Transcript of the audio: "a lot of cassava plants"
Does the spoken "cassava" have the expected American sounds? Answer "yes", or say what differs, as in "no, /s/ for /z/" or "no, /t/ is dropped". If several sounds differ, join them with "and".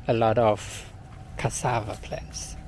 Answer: yes